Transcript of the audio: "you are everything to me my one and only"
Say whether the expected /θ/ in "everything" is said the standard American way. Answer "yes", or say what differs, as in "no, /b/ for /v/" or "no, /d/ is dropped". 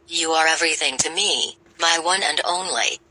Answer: yes